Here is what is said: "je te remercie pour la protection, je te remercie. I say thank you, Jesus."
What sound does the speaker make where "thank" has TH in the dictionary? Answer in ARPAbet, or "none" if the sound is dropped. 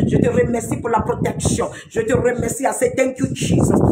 T